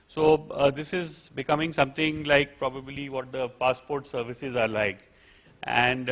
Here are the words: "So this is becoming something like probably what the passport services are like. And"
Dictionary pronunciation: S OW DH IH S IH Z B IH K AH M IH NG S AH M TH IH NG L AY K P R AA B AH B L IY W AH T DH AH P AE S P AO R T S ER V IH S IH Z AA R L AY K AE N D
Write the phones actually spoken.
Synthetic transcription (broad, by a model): S OW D IH S IH Z B IH K AH M IH NG S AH M T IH NG L AY K P R AA B AH B L IY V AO T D AH P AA S P AO R T S ER V IH S IH Z AA R L AY K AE N D